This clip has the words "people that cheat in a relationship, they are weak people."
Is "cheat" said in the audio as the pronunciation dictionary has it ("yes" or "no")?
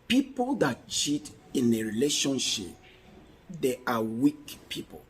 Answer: yes